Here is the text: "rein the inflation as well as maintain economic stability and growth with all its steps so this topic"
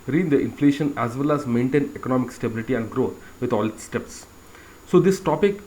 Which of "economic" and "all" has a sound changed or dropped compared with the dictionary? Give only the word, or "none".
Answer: none